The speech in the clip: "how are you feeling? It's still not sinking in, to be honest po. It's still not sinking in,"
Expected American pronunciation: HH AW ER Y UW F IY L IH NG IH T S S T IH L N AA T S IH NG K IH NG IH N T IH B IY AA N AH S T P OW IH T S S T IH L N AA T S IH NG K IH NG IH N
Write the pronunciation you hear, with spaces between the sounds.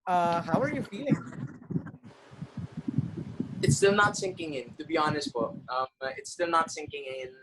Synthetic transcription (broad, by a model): HH AW ER Y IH F IY L IH NG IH T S S T IH L N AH T S IH NG K IH NG IH N T IH B IY AA N AH S T B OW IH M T S T IH L N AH T S IH NG K IH NG IH N